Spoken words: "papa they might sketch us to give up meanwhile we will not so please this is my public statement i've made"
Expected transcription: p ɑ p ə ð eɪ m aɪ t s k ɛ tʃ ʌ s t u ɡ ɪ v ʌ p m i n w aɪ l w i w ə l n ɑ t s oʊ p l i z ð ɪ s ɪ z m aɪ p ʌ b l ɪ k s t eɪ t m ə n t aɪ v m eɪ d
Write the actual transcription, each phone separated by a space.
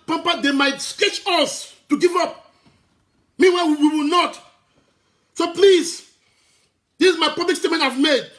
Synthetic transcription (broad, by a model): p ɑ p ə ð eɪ m aɪ t s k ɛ tʃ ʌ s t u ɡ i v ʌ p m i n w aɪ w w i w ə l n ɑ t s oʊ p l i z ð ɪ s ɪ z m aɪ p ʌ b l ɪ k s t eɪ t m ə n t aɪ v m eɪ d